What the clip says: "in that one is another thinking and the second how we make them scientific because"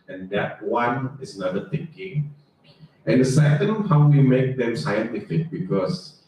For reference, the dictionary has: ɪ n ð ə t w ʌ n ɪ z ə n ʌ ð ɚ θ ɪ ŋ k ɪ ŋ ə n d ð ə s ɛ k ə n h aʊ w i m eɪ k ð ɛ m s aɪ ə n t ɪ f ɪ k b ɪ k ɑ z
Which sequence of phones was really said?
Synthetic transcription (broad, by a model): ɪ n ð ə t w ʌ n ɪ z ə n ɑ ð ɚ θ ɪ ŋ k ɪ ŋ ə n d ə s ɛ k ə n h aʊ w i m eɪ k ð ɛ m s aɪ ə n t ɪ f ɪ k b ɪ k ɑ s